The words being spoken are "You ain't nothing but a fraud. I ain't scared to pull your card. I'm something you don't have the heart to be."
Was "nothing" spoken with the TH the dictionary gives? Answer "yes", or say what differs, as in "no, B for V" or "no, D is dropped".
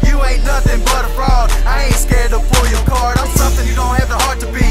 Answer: yes